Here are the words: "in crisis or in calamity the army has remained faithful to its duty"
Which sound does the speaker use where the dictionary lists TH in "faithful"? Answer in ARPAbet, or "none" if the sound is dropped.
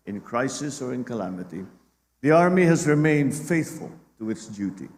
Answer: TH